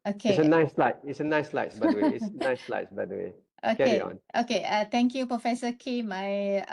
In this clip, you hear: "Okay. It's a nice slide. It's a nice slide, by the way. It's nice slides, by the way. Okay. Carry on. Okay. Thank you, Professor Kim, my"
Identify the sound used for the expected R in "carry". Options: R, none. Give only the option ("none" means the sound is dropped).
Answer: none